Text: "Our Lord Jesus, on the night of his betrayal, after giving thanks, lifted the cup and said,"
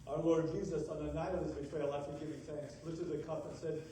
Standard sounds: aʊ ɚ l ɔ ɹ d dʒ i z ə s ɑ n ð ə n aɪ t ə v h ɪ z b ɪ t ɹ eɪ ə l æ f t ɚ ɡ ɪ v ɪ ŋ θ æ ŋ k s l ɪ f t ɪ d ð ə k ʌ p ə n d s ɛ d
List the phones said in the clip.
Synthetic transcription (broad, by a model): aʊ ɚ l ɔ ɹ d dʒ i z ə s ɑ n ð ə n aɪ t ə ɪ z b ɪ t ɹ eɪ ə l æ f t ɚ ɡ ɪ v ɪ θ æ ŋ k s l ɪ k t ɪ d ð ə k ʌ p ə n s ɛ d